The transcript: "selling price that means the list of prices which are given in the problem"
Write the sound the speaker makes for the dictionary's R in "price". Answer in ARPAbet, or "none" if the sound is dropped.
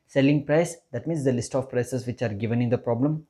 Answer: R